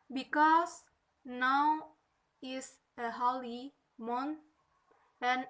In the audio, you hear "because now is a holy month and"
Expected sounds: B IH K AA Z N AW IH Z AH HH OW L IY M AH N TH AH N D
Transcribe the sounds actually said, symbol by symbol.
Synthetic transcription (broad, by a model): B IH K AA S N AW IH S AH HH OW L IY M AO N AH N